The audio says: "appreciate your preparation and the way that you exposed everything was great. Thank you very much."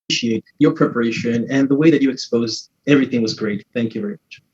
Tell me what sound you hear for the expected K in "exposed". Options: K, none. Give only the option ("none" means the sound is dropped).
K